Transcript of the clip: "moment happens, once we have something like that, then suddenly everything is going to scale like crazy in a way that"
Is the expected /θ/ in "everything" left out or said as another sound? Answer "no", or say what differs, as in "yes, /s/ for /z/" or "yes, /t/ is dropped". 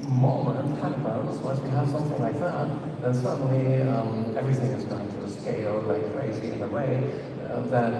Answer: no